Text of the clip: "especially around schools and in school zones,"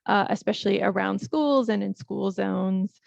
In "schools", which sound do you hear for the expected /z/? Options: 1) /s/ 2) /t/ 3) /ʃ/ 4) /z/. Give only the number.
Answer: 4